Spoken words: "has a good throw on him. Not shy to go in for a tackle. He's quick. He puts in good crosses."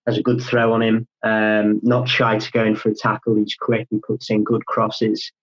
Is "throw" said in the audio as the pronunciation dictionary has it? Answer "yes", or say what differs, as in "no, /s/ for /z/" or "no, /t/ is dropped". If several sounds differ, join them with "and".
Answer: yes